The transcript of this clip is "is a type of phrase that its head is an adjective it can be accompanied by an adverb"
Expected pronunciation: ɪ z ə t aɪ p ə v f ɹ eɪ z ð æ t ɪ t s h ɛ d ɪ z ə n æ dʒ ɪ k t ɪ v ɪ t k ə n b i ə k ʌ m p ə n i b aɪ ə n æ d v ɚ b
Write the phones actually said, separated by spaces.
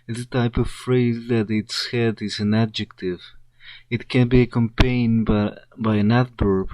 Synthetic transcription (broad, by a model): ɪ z ə t aɪ p ə v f ɹ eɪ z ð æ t ɪ t s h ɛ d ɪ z ə n æ dʒ ɪ k t ɪ v ɪ t k ə n b i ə k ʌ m p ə n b b aɪ ə n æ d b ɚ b